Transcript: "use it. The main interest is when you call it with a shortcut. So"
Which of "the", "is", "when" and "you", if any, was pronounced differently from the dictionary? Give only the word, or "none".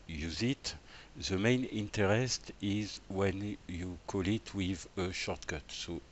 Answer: none